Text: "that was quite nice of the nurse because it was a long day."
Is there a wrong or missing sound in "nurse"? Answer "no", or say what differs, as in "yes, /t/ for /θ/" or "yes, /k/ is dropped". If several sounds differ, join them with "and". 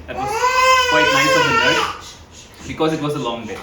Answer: yes, /s/ is dropped